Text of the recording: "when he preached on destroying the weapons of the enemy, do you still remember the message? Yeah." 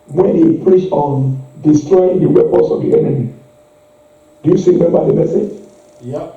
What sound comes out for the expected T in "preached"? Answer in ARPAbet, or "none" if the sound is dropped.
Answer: none